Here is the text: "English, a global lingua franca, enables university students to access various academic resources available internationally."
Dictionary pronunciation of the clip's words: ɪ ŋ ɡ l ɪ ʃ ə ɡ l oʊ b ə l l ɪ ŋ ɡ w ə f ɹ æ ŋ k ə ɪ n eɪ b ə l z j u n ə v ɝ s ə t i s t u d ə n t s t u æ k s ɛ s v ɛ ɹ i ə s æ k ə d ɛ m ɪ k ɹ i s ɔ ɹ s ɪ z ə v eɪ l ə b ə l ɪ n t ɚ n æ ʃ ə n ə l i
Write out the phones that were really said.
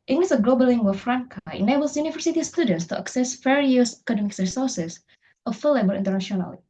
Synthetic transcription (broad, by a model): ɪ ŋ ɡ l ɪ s ə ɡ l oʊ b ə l l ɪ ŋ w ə f ɹ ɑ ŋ k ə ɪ n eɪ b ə l s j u n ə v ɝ s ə t i s t u d ə n t s t u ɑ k s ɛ s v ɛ ɹ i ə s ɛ k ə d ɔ m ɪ k ɹ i s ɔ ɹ s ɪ s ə f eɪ l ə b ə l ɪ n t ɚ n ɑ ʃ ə n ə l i